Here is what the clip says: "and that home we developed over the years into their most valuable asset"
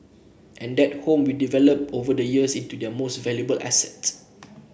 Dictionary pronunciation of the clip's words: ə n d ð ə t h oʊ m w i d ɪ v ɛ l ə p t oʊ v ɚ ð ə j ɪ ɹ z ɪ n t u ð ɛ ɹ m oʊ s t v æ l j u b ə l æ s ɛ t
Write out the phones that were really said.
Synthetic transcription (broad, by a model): ə n d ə t h oʊ m w i d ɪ v ɛ l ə p oʊ v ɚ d ə j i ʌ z ɪ n t u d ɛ m oʊ s t v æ l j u b ə l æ s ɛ t